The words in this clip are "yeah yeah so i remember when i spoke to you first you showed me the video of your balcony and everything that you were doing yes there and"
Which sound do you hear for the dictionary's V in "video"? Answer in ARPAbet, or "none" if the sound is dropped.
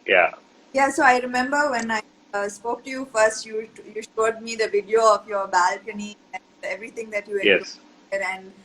V